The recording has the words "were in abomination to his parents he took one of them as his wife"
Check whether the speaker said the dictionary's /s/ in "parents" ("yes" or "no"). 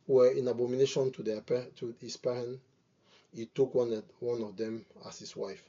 no